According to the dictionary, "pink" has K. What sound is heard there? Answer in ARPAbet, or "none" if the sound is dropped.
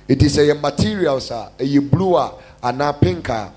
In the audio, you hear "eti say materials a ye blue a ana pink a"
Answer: K